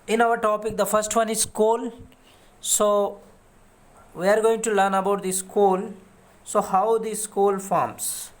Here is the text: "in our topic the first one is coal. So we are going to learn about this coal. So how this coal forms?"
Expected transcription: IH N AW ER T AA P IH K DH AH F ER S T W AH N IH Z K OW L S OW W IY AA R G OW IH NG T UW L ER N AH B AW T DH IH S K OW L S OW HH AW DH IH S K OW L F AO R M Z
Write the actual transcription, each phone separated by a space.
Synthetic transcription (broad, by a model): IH N AW ER T AA P IH K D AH F ER S T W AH N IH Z K OW L S OW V IY AA R G OW IH NG T UW L ER N AH B AW T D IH S K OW L S OW HH AW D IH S K OW L F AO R M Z